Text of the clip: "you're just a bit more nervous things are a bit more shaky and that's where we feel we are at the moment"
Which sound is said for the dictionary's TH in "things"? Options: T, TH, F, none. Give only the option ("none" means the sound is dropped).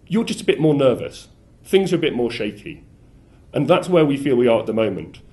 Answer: TH